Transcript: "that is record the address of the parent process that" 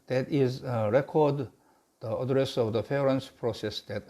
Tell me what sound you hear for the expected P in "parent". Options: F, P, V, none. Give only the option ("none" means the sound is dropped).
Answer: F